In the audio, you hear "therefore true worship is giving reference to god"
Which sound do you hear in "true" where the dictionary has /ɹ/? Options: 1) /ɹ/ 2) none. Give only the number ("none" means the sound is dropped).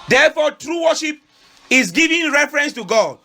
1